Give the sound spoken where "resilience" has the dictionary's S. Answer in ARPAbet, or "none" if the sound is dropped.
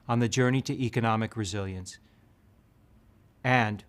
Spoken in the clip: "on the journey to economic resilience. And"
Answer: S